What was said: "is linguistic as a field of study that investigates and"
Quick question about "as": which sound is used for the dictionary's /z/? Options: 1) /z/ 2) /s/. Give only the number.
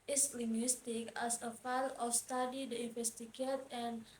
2